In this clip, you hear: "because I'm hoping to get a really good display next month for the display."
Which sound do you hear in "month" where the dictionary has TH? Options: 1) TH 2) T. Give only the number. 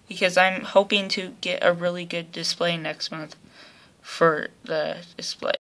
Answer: 1